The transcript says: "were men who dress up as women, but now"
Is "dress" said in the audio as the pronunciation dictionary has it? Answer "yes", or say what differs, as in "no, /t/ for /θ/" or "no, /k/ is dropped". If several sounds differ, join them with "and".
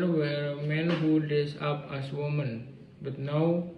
no, /ɹ/ is dropped